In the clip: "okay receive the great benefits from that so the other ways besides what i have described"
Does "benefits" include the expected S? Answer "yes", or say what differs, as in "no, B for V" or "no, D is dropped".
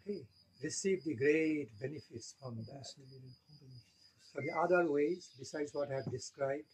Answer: yes